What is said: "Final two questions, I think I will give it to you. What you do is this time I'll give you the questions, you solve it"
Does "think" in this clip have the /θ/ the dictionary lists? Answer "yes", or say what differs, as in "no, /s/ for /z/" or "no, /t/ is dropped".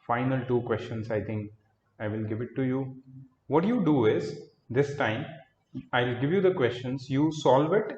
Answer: no, /t/ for /θ/